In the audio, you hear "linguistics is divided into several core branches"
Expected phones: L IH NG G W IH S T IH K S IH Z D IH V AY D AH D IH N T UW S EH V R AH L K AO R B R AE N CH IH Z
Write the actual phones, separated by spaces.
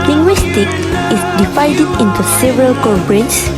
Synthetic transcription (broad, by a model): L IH NG G W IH S T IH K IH S D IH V AY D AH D IH N T UW S EH V R AH L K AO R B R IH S